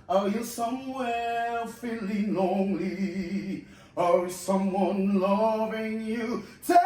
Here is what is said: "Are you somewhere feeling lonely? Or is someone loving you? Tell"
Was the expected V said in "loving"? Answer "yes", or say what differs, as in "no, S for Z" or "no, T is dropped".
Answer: yes